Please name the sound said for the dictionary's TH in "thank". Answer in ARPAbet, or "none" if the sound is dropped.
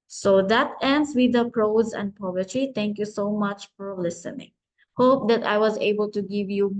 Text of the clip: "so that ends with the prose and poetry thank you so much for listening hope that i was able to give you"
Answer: T